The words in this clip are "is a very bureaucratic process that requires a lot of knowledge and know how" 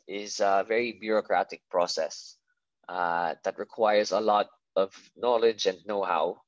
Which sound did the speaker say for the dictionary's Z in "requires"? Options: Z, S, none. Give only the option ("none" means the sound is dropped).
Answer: Z